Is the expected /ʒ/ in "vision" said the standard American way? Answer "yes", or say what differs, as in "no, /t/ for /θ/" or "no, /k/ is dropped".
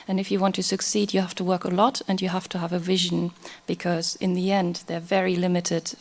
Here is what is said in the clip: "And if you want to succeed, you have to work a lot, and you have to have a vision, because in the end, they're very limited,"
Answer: yes